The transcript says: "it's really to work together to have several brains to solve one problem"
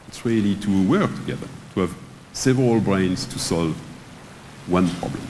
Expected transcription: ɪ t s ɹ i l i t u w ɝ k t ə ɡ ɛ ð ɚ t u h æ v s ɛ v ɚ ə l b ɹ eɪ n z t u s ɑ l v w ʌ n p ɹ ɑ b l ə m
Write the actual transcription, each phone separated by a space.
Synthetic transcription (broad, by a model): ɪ t s ɹ i l i t u w ɝ k t ə ɡ ɛ ð ɚ t u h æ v s ɛ v ɚ ə l b ɹ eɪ n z t u s ɑ l v w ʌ n p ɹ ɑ b l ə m